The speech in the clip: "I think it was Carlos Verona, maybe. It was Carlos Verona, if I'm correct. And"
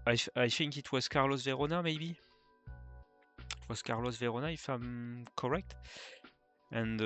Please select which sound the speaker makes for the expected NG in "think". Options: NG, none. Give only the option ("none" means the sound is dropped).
NG